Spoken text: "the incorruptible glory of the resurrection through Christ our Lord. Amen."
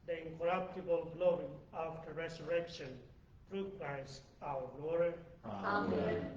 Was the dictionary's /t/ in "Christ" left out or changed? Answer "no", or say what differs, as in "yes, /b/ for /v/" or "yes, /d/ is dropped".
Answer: yes, /t/ is dropped